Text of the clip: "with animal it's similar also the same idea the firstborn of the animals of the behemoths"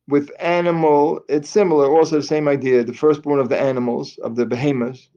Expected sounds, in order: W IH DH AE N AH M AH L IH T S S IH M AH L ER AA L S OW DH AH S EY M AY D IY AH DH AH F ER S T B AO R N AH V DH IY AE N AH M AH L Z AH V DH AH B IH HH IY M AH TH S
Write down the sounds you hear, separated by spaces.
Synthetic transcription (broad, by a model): W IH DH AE N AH M L IH T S S IH M L ER AA L S OW DH AH S EY M AY D IY AH DH AH F ER S T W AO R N AH V DH IY AE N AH M L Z AH V DH AH B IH HH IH M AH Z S